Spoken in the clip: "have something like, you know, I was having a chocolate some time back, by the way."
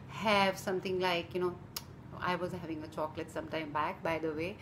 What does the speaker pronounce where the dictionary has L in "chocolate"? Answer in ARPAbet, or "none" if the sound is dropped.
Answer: L